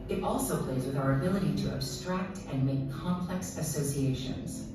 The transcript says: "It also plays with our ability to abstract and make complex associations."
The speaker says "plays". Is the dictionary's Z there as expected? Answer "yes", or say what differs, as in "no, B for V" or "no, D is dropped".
yes